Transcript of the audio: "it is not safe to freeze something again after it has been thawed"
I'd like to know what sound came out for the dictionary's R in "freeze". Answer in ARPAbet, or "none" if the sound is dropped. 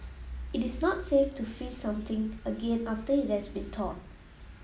none